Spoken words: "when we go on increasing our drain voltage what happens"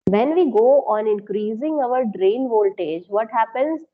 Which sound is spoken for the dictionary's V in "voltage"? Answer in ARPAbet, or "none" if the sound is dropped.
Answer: V